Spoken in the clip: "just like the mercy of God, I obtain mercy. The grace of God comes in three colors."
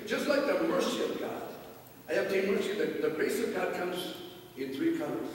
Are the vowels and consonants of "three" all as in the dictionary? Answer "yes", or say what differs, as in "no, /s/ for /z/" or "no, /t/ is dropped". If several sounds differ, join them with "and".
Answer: yes